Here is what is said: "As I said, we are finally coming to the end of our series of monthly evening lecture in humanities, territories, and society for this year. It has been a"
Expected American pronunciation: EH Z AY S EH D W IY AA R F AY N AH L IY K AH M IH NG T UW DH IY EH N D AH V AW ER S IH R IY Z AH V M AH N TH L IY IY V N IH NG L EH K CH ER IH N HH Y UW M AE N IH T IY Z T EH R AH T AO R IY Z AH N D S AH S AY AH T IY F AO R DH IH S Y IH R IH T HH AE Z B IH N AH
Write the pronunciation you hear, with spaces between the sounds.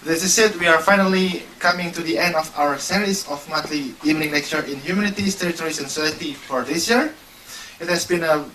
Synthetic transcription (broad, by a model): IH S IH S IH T W IY AA R F AY N AH L IY K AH M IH NG T UW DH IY EH N D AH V AW ER S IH R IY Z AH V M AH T L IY IY V N IH NG N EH K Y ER IH N HH Y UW M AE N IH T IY S T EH R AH T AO R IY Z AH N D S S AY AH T IY F AO R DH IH S Y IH R IH T HH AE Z B IH N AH